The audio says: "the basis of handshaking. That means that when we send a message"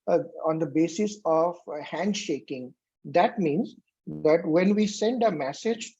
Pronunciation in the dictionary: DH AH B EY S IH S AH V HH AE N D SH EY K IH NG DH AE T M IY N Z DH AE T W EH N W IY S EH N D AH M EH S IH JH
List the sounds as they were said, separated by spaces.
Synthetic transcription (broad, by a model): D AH B EY S IH S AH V HH AE N D SH EY K IH NG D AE T M IY N Z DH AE T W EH N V IY S EH N D AH M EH S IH JH